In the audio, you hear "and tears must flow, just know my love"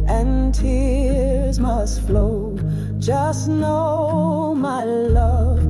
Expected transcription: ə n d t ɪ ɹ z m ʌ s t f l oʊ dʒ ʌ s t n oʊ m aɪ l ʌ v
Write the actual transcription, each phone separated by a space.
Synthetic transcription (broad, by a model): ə n t ɪ ɹ z m ʌ s t f l oʊ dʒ ʌ s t n oʊ m aɪ l ʌ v